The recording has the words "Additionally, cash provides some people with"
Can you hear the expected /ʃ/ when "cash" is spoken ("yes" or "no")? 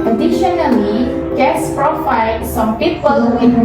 no